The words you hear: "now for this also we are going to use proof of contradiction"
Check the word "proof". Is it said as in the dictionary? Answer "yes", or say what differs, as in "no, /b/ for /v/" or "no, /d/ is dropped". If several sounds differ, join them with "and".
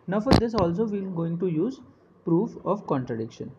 yes